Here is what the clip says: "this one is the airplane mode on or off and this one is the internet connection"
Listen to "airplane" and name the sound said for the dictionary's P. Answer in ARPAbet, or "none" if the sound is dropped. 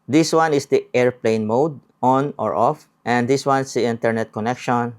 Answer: P